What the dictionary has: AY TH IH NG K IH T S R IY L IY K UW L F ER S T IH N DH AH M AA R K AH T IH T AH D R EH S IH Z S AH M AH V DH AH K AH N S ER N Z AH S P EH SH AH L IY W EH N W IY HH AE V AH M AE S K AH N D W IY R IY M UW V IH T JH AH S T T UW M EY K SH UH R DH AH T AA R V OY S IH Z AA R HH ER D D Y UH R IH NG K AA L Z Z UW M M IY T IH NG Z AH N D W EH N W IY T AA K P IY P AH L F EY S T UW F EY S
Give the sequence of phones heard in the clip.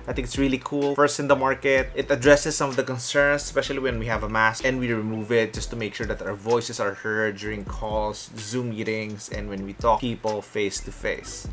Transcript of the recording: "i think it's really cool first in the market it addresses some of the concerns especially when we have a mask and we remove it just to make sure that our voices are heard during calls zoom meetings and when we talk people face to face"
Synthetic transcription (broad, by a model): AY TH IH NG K IH T S R IY L IY K UW L F ER S T IH N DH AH M AA R K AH T IH T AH D R EH S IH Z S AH M AH V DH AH K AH N S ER N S S P EH SH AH L IY W EH N W IY HH AE V AH M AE S AH N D W IY R IY M UW V IH T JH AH S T T UW M EY K SH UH R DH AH T AA R V OY S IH S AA R HH ER D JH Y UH R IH NG K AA L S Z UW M M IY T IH NG S AH N D W EH N W IY T AA K P IY P AH L F EY S T UW F EY S